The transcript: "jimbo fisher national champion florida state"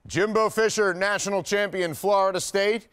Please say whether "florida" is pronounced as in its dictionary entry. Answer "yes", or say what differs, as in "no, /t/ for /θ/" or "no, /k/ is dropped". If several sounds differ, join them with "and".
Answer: yes